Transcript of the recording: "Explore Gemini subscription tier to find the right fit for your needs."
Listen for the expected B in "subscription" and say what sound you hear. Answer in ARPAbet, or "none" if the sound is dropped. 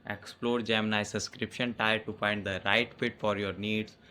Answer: none